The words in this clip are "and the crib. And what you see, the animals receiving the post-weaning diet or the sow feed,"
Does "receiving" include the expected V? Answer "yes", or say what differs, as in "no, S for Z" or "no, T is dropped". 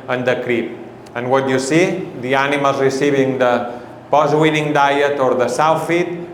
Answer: no, B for V